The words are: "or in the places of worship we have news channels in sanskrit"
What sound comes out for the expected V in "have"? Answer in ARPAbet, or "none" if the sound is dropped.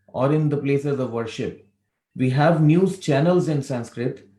V